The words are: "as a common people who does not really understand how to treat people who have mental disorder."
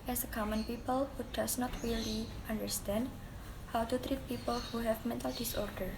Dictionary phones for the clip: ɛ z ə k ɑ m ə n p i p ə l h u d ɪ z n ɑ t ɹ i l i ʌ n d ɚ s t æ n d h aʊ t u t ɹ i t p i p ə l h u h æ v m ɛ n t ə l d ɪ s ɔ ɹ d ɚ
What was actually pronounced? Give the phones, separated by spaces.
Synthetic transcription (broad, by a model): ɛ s ə k ɑ m ə n p i p ə l h u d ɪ s n ɑ t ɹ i l i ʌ n d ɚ s t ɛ n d h aʊ t u t ɹ i t p i p ə l h u h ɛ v m ɛ n t ə l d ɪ s ɔ ɹ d ɚ